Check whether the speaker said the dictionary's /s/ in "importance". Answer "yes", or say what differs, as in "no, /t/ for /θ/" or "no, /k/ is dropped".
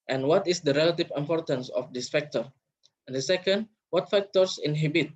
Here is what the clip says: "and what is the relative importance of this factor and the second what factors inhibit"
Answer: yes